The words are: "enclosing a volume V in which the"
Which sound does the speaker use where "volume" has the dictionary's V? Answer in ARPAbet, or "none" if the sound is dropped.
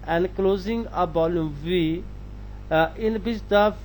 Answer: B